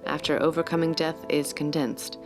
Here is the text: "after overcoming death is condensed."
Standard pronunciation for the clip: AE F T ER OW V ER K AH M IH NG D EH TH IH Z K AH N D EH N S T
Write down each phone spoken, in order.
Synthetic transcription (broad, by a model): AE F T ER OW V ER K AH M IH NG D EH TH IH Z K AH N D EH N S T